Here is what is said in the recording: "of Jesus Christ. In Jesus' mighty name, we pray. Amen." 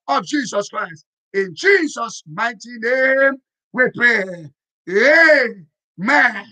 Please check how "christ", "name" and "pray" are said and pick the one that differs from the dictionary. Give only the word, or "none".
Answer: pray